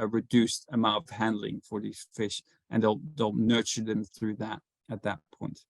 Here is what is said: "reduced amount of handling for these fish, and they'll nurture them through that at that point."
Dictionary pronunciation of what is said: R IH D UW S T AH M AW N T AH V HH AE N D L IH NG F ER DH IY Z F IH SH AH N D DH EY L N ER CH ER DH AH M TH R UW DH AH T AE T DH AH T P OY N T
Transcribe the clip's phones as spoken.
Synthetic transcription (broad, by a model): R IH D UW S T AH M AW N T AH V HH AE N D L IH NG F ER DH IY Z F IH SH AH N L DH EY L N ER CH ER DH AH M TH R UW DH AH T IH T DH AH T P OY N T